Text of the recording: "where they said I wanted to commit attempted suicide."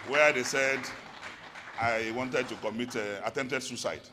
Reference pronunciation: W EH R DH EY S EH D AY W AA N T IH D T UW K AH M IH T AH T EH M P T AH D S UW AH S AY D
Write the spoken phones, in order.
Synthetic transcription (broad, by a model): W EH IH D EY S EH D AY W AA N T IH D T UW K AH M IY T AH T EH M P T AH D S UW S AY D